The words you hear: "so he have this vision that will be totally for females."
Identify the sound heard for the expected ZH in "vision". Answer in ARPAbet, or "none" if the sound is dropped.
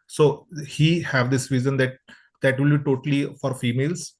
Z